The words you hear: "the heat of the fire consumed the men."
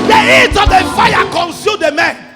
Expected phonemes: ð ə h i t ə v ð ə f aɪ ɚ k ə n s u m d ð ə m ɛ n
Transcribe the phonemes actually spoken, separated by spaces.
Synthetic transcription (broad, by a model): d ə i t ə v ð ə f aɪ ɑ k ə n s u d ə m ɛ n